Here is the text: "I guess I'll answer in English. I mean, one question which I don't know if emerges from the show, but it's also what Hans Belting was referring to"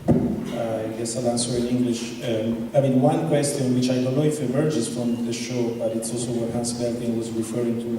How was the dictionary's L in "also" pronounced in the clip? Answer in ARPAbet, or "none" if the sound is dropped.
L